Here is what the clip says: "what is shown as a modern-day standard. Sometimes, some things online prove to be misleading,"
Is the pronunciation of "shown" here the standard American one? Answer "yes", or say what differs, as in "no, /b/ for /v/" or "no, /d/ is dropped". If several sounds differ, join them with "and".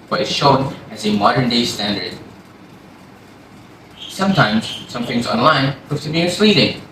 yes